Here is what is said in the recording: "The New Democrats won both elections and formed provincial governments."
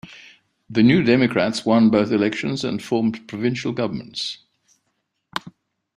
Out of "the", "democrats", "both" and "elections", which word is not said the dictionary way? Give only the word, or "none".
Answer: none